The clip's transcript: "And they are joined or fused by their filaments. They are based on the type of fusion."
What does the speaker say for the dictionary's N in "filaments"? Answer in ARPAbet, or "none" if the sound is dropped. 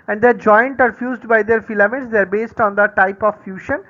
none